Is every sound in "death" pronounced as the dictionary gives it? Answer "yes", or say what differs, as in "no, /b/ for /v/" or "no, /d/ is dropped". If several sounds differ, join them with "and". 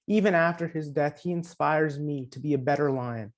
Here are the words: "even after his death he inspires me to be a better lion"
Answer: yes